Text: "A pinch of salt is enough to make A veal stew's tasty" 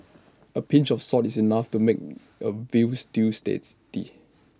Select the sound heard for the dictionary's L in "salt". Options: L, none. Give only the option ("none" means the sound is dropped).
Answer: none